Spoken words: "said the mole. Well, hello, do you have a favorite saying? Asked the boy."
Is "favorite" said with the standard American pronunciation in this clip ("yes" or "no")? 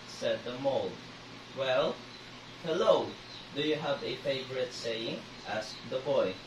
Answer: yes